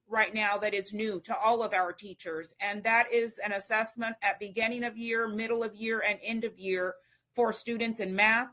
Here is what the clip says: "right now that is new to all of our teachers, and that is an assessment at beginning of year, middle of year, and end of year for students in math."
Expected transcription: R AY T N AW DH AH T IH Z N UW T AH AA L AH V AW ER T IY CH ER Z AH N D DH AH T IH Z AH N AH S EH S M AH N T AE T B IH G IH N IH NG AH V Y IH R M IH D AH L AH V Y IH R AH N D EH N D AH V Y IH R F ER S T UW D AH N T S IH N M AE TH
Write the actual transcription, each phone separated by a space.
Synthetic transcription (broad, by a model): R AY T N AW DH AH T IH Z N UW T AH AA L AH V AW ER T IY CH ER Z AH N DH AH T IH Z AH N AH S EH S M AH N T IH T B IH G IH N IH NG AH V Y IH R M IH D L AH V Y IH R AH N EH N D AH V Y IH R F ER S T UW D N T S IH N M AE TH